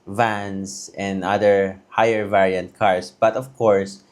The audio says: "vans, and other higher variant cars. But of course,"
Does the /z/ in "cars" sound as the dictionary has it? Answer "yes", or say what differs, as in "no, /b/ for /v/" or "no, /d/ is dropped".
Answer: no, /s/ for /z/